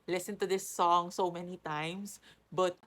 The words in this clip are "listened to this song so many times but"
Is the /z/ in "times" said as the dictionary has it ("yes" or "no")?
no